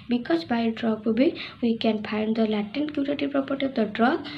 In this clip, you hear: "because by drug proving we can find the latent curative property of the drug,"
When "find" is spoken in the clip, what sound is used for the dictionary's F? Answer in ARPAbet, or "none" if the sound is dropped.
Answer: P